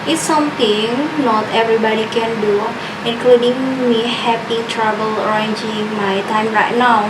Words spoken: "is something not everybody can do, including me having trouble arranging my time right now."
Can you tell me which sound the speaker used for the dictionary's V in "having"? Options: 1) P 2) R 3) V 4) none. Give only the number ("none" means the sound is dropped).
1